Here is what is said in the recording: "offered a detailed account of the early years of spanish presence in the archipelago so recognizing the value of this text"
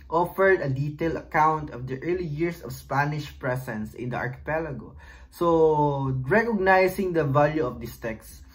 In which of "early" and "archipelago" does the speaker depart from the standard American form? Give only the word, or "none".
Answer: none